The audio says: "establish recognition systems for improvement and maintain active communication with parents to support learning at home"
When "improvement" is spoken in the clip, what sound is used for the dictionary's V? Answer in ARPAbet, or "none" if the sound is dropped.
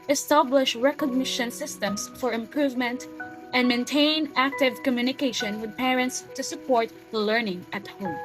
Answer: V